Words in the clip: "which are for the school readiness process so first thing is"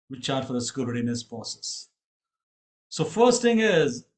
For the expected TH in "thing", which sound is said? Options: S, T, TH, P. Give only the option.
T